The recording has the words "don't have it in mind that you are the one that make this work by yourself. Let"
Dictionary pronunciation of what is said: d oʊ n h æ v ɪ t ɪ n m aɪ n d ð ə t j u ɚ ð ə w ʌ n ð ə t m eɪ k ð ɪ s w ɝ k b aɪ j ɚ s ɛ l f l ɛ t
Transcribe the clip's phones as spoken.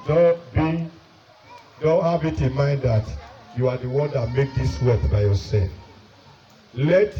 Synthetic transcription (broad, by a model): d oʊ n h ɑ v ɪ t ɪ n m aɪ n d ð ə t j u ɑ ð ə w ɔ n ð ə t m eɪ k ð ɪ s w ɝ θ b aɪ j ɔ s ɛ f l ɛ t